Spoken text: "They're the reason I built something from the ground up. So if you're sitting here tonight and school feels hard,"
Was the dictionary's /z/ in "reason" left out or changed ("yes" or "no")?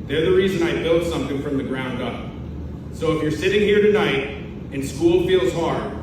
no